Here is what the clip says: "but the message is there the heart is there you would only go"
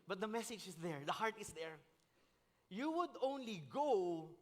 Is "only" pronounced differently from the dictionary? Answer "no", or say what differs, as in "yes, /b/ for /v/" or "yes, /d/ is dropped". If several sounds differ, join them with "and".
no